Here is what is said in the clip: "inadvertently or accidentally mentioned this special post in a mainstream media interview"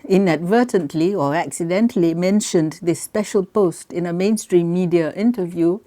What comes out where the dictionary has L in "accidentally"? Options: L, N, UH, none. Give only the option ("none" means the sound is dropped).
L